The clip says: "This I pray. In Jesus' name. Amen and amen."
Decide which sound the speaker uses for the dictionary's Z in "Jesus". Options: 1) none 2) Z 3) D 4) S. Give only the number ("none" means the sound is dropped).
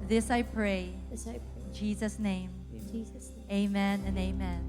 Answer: 2